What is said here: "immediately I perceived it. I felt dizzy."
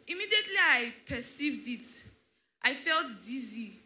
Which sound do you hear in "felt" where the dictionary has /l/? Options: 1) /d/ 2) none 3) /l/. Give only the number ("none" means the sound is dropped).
3